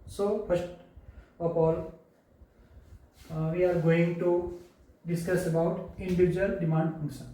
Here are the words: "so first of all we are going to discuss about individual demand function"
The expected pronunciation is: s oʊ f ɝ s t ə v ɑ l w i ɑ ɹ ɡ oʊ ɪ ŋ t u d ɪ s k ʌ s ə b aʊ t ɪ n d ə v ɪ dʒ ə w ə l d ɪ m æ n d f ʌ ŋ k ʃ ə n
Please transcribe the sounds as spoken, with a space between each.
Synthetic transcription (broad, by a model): s oʊ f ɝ s t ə p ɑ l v i ɑ ɹ ɡ oʊ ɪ ŋ t u d ɪ s k ʌ s ə b aʊ t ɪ n d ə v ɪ dʒ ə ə l d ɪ m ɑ n d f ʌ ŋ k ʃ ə n